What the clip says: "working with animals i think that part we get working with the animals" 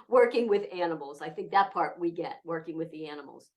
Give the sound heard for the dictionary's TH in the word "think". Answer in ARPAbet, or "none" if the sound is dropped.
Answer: TH